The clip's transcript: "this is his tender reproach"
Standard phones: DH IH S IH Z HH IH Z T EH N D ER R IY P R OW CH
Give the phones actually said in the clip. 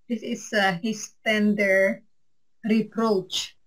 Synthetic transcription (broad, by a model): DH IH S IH S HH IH S T EH N D ER R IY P R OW CH